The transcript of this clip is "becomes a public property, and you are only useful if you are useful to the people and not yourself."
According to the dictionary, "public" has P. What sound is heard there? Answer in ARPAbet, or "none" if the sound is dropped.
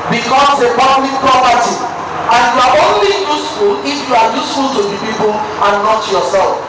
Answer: B